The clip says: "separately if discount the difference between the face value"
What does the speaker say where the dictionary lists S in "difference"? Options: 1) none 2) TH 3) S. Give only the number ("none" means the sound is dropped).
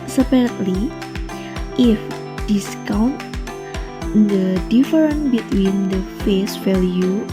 1